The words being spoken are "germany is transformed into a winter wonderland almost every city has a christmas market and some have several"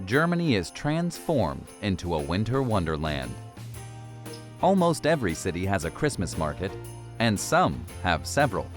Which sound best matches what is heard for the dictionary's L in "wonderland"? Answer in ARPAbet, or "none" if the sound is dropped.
L